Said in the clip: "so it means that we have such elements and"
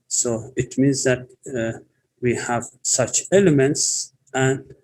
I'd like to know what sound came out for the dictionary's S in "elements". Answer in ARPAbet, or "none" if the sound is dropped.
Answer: S